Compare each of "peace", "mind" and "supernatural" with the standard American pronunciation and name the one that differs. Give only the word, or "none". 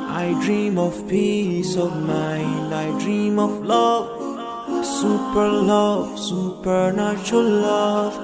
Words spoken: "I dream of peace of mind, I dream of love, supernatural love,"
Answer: supernatural